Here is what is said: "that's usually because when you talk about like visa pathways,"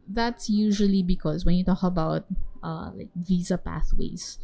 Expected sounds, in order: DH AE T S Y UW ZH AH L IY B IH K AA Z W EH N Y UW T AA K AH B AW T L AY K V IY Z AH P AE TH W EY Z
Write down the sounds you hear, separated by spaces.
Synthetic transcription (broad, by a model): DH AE T S Y UW ZH AH L IY B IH K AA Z W EH N Y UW T AA K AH B AW T L AY K V IY Z AH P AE TH W EY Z